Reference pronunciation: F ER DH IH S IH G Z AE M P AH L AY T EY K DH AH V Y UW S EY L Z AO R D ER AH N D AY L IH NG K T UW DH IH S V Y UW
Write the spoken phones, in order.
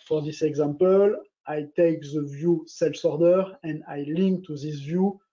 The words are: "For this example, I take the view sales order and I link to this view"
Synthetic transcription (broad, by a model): F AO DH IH S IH G Z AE M P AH L AY T EY K DH AH V Y UW S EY L S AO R D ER AH N D AY L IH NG K T UW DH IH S V Y UW